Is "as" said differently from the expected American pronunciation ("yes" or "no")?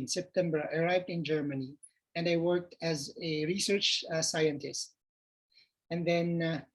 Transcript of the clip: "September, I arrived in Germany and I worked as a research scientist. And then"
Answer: no